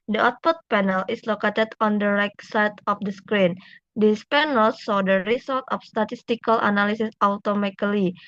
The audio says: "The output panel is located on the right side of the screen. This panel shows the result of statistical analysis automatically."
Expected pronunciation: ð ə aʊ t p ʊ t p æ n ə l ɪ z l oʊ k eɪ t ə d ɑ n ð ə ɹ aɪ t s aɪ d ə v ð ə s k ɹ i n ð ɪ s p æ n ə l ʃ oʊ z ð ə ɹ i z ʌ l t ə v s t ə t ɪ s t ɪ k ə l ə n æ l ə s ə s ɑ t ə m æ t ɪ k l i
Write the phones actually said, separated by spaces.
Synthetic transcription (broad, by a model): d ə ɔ t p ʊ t p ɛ n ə l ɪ s l oʊ k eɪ t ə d ɑ n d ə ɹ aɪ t s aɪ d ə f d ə s k ɹ i n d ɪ s p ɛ n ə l s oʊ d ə ɹ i s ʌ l t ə f s t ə t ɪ s t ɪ k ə l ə n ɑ l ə s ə s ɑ t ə m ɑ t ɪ l i